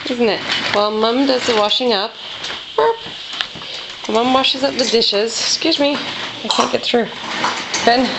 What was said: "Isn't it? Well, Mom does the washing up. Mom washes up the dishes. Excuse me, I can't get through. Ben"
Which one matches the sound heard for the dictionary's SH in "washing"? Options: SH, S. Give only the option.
SH